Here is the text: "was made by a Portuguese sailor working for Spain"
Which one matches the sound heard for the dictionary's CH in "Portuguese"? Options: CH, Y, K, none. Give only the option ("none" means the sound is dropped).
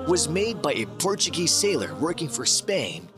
CH